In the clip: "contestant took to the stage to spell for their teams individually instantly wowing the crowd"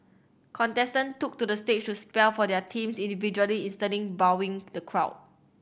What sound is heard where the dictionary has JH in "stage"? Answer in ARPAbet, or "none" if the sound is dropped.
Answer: CH